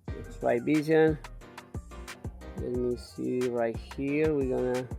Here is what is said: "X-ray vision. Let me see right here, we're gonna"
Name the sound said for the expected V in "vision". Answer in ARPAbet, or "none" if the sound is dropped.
B